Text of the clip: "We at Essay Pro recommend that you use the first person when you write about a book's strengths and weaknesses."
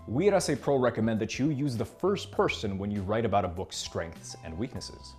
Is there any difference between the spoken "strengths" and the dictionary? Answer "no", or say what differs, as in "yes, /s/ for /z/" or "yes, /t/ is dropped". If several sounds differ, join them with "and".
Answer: no